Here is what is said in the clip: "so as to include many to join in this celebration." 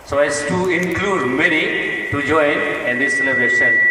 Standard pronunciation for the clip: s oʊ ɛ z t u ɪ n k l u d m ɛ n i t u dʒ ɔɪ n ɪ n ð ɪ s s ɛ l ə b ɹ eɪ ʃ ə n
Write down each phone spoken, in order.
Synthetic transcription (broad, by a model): s oʊ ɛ s t u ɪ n k l u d m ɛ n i t u dʒ ɔɪ n ɪ n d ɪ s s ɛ l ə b ɹ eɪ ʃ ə n